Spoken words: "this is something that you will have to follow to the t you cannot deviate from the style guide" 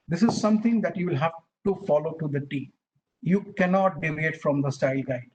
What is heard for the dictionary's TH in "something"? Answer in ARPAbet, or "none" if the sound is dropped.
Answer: T